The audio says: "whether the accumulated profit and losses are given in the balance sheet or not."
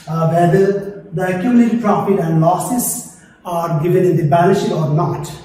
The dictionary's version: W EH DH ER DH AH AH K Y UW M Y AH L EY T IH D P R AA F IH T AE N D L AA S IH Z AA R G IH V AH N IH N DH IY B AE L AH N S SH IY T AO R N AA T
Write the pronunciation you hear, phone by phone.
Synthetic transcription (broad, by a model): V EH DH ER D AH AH K Y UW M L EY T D P R AA F IH T AE N D L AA S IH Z AA R G IH V AH N IH N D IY B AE N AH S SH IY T AO R N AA T